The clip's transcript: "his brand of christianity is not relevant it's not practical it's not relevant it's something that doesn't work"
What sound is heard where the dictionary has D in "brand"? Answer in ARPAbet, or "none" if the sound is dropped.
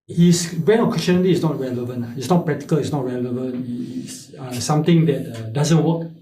none